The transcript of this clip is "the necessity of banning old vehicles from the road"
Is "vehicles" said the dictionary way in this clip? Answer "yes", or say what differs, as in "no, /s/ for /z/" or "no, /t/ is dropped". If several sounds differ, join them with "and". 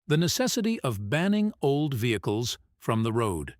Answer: yes